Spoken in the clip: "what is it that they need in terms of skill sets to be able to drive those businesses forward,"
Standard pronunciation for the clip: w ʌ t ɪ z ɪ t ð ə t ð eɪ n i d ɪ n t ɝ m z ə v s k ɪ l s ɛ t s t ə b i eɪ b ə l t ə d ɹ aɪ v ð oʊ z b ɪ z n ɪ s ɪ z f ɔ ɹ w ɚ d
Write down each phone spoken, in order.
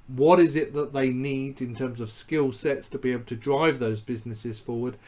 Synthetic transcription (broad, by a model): w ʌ t ɪ z ɪ t ð ə t ð eɪ n i d ɪ n t ɝ m z ə v s k ɪ l s ɛ t s t ə b i eɪ b l t ə d ɹ aɪ v ð oʊ z b ɪ z n ɪ s ɪ z f ɔ ɹ w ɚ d